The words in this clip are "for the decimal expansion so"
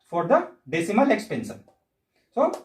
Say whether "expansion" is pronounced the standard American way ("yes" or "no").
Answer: no